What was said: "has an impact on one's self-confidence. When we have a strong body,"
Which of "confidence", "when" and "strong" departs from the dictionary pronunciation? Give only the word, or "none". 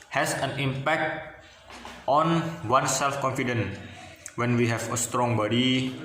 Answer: confidence